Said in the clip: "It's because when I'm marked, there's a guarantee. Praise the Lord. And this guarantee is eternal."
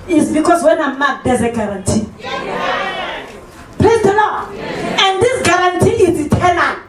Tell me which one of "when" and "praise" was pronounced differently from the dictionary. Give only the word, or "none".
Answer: praise